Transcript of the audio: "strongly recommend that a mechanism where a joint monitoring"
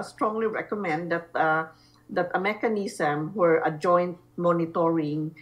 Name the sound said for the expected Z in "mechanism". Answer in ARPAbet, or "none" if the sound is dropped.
S